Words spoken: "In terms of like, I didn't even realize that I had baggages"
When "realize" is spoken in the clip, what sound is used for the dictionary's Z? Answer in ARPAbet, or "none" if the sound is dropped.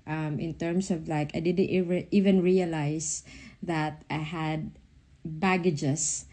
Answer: S